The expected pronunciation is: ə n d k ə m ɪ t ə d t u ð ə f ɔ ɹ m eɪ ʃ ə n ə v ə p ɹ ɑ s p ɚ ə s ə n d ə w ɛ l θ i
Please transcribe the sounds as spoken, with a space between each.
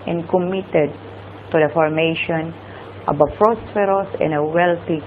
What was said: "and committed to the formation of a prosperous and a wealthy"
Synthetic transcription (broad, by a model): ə n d k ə m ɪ t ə d t u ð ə f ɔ ɹ m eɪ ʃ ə n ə b ə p ɹ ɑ s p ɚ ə s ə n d ə w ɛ l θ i